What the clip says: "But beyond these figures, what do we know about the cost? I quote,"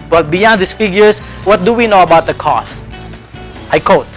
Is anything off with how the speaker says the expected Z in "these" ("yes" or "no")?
yes